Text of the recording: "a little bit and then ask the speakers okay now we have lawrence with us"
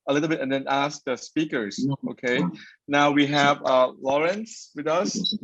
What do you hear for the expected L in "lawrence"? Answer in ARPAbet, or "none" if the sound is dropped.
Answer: L